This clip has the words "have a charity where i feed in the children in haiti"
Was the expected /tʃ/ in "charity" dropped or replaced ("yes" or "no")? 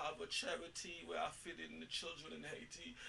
no